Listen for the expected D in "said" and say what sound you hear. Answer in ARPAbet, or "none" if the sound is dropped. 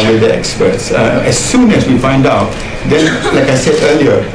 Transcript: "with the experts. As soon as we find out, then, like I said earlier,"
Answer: D